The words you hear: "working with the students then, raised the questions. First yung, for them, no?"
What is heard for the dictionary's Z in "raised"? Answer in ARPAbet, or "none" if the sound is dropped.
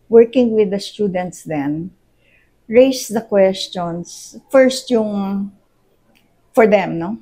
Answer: S